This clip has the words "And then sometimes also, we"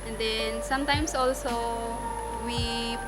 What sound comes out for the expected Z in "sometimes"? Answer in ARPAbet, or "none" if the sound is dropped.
S